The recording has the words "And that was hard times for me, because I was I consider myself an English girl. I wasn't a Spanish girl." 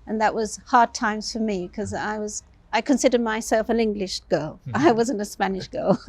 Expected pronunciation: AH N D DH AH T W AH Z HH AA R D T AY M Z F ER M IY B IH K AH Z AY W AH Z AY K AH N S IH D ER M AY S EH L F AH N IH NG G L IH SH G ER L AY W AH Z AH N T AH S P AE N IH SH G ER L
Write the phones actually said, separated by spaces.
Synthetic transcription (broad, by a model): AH N DH AH T W AH Z HH AA R D T AY M Z F ER M IY K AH Z AY W AH Z AY K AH N S IH D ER M AY S EH L F AH N IH NG G L IH SH G ER L AY W AH Z AH N T AH S P AE N IH SH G ER L